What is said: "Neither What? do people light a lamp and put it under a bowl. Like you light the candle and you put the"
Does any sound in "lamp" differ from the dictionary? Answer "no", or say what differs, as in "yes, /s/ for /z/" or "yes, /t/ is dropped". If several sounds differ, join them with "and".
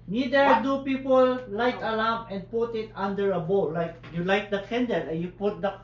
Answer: yes, /p/ is dropped